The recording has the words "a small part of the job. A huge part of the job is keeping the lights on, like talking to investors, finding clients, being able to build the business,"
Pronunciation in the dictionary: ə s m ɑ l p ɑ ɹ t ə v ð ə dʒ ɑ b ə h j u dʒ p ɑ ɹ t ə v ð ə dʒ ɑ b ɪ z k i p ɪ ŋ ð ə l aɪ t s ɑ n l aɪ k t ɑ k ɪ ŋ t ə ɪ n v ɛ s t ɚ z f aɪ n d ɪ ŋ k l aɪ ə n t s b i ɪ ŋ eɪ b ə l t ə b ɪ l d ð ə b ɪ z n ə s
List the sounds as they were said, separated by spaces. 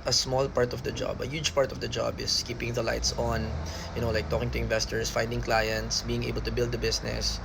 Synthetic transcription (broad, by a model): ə s m ɑ l p ɑ ɹ t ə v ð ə dʒ ɑ b ə h j u dʒ p ɑ ɹ t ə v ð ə dʒ ɑ b ɪ s k i p ɪ ŋ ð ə l aɪ t s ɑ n l aɪ k t ɑ k ɪ ŋ t ə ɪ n v ɛ s t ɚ s f aɪ n d ɪ ŋ k l aɪ ə n t s b i ɪ ŋ eɪ b ə l t ə b ɪ l d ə b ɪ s n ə s